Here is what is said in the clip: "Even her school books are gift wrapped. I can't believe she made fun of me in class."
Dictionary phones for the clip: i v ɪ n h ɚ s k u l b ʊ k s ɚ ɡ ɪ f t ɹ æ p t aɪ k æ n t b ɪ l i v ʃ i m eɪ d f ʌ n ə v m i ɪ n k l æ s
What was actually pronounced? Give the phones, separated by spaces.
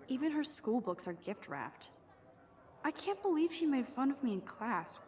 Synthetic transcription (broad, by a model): i v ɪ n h ɚ s k u l b ʊ k s ɚ ɡ ɪ f t ɹ æ p t aɪ k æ n b ɪ l i v ʃ i m eɪ d f ʌ n ə v m i ɪ n k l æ s